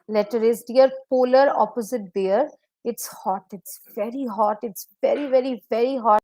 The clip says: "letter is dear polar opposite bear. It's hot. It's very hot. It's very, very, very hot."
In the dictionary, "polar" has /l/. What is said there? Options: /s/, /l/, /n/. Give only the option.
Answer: /l/